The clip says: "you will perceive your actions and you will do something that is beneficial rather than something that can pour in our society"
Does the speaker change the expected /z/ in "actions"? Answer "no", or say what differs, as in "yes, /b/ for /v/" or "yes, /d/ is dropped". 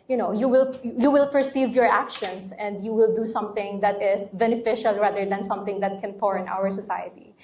yes, /s/ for /z/